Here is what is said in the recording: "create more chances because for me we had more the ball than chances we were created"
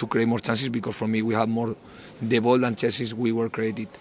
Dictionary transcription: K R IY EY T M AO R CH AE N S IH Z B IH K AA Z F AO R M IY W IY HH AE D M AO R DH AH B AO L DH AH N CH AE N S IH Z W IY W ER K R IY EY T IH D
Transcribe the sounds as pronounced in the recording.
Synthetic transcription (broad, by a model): K R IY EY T M AO R CH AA N S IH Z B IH K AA S F AO R M IY W IY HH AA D M AO R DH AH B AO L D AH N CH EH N S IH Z W IY W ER K R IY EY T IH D